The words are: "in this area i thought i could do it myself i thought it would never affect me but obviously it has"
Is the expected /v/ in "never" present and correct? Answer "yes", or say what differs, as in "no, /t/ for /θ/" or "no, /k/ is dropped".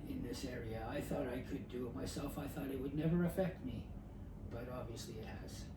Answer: yes